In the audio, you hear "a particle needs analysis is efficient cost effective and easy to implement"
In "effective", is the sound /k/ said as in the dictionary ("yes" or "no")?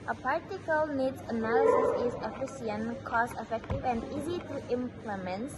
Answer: yes